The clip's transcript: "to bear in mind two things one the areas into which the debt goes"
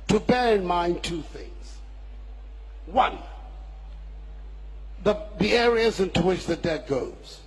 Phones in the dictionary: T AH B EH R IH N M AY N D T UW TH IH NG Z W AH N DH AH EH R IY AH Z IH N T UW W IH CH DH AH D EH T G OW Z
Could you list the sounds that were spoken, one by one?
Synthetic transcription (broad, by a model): T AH B EH R IH N M AY N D T UW TH IH NG Z W AH N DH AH EH R IY AH Z IH N T UW W IH CH DH AH D EH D G OW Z